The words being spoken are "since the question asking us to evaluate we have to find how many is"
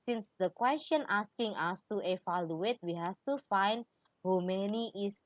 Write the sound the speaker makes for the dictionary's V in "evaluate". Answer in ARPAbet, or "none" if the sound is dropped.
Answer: F